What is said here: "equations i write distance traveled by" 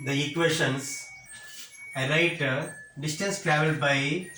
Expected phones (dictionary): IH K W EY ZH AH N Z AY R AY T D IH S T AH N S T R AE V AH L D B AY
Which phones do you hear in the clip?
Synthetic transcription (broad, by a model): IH K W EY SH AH N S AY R AY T D IH S T AH N S T R AE V AH L D B AY